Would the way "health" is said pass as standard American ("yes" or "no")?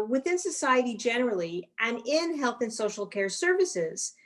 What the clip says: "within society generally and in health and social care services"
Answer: yes